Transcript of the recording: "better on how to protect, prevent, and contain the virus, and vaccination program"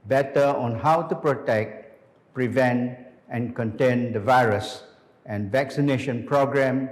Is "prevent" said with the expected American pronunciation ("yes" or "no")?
yes